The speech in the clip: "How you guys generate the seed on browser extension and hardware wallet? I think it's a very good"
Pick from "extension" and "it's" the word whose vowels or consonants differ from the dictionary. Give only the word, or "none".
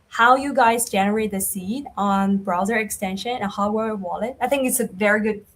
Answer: none